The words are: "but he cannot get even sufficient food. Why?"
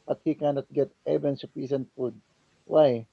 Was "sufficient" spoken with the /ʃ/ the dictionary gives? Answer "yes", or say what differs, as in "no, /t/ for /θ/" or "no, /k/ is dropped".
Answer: no, /s/ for /ʃ/